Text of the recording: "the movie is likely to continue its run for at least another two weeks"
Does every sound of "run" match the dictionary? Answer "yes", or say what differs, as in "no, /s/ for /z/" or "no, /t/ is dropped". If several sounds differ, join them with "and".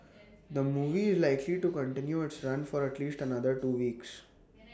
yes